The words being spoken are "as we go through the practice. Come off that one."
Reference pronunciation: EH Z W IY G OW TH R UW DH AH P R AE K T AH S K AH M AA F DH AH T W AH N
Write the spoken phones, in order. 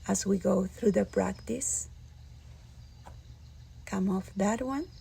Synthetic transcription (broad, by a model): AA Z W IY G OW TH R UW DH AH P R AE K T AH S K AH M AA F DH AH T W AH N